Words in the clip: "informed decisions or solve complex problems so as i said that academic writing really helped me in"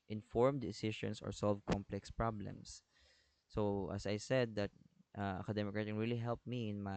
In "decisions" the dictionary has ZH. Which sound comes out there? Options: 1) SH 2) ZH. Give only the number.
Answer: 1